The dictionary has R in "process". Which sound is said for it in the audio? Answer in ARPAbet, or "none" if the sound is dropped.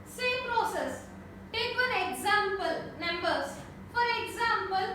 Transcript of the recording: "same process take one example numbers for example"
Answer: R